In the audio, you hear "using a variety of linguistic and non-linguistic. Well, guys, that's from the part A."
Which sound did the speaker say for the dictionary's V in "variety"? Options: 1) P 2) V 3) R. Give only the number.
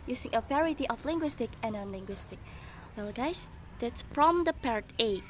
1